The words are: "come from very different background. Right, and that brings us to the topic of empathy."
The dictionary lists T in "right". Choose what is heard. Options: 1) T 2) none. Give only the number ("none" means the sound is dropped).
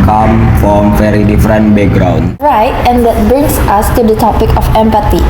1